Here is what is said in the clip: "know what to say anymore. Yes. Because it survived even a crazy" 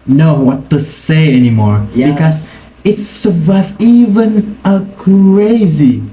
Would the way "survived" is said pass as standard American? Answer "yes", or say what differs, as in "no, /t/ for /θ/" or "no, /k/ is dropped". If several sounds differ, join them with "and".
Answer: no, /d/ is dropped